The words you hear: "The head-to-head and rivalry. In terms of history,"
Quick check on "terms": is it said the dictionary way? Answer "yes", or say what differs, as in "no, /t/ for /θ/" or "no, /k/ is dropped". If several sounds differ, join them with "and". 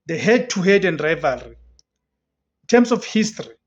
no, /s/ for /z/